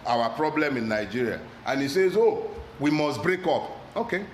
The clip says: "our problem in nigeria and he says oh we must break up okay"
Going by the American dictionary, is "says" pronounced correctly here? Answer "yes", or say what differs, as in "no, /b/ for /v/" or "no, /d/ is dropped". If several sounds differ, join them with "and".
yes